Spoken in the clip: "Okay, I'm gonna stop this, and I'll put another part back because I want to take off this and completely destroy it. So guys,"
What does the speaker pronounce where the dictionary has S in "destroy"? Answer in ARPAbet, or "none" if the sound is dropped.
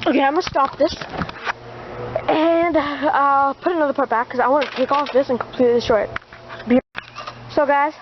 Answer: none